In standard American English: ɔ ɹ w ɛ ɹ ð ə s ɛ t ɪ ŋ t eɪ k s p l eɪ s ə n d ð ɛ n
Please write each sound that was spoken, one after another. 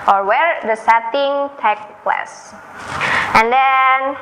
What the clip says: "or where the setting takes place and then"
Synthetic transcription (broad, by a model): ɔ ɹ w ɛ ɹ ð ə s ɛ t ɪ ŋ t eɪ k p l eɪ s ə n d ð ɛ n